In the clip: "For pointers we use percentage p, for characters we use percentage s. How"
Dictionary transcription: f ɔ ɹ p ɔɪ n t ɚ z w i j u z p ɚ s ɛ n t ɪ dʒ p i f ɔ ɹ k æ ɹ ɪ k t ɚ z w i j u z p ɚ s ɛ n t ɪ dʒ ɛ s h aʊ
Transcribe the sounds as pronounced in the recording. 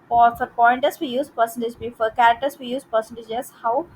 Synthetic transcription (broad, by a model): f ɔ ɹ p ɔɪ n t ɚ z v i j u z p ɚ s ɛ n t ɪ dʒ b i f ɔ ɹ k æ ɹ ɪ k t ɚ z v i j u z p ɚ s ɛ n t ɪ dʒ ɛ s h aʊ